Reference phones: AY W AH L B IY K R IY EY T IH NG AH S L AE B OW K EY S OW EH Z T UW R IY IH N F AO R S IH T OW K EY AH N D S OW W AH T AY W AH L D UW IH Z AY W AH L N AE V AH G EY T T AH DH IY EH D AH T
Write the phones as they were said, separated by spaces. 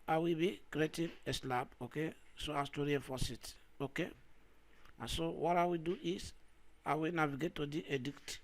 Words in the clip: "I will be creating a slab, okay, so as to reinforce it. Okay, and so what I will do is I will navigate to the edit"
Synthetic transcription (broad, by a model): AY W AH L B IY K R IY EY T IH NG AH S L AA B OW K EY S OW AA S T UW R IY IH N F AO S IH T OW K EY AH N S OW W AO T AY W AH D UW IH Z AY W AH N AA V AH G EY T T AH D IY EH D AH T